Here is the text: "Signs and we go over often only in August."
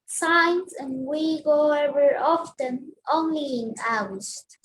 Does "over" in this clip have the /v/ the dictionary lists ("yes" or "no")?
no